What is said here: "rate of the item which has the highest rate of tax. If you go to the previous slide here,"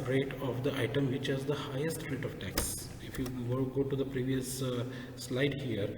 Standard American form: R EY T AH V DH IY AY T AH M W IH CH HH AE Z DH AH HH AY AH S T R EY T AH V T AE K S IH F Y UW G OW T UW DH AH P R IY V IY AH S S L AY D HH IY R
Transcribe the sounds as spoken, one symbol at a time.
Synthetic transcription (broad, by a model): R EY T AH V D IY AY T AH M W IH CH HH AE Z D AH HH AY AH S T R EY T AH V T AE K S IH F Y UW G OW T UW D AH P R IY V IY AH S S L AY D HH IY R